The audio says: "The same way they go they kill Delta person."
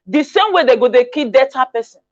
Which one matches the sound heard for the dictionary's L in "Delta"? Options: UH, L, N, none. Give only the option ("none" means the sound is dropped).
none